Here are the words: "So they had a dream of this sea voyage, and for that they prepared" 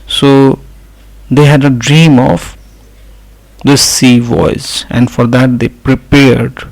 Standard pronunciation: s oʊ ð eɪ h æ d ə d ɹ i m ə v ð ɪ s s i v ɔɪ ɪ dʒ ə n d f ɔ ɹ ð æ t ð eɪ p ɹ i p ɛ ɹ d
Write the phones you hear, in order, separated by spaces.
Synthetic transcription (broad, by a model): s oʊ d eɪ h æ d ə d ɹ i m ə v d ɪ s s i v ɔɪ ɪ z ə n d f ɔ ɹ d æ t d eɪ p ɹ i p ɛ ɹ d